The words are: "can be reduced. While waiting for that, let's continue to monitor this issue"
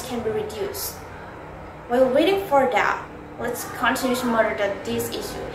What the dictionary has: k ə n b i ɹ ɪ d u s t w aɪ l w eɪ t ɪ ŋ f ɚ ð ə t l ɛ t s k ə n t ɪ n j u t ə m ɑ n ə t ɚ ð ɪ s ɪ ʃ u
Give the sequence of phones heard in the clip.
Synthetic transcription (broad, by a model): k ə n b i ɹ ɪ d u s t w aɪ w w eɪ t ɪ ŋ f ɚ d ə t w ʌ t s k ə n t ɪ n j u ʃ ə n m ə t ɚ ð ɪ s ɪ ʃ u